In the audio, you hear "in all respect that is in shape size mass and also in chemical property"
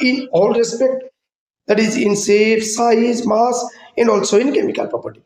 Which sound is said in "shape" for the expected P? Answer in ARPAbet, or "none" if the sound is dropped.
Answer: F